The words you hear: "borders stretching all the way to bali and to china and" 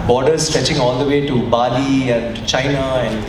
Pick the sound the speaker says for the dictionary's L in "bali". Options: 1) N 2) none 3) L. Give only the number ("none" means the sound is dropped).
3